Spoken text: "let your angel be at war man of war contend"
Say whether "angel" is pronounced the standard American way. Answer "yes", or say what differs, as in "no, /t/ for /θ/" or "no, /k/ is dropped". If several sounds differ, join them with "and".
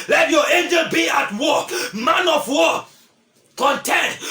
no, /n/ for /l/